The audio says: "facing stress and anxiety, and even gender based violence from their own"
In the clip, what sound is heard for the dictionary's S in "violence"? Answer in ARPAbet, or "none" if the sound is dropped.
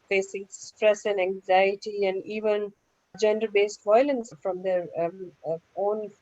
S